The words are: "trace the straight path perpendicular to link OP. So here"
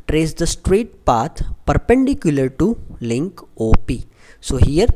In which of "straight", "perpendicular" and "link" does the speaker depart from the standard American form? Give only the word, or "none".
none